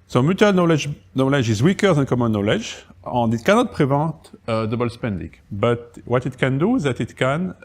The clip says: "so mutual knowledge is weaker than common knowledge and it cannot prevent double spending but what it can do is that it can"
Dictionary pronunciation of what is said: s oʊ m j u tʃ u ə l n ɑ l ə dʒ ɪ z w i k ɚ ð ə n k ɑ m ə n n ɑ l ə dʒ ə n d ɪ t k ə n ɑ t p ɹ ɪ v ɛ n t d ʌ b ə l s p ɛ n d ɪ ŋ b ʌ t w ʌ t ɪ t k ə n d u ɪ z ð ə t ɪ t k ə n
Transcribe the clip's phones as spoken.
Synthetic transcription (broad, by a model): s oʊ m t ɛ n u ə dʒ n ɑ l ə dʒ ɪ z w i k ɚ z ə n k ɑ m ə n n ɑ l ə dʒ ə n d ɪ t k ə n ɑ t p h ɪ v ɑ t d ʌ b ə l s p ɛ n d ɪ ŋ b ʌ t w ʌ t ɪ t k ə n d u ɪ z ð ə t ɪ t k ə n